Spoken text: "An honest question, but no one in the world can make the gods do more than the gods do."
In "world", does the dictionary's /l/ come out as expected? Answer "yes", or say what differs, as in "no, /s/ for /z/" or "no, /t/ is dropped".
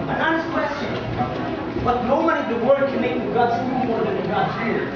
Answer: no, /l/ is dropped